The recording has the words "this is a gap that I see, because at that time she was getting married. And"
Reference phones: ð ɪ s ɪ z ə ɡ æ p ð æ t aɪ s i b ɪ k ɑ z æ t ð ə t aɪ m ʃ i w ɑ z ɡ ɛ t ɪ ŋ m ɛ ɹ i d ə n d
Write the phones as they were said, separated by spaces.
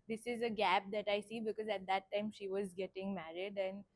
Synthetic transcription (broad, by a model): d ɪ s ɪ z ə ɡ æ p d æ t aɪ s i b ɪ k ɑ z æ t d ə t aɪ m ʃ i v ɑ z ɡ ɛ t ɪ ŋ m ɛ ɹ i d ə n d